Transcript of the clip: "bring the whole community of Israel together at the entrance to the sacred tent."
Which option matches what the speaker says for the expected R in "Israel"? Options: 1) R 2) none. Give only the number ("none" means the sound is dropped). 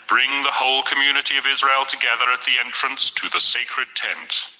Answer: 1